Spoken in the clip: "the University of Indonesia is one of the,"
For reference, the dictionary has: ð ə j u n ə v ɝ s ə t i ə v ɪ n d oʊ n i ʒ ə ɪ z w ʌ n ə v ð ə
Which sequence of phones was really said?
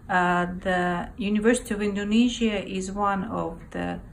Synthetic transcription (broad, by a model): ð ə j u n ə v ɝ s ə t i ə v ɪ n d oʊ n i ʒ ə ɪ z w ʌ n ə v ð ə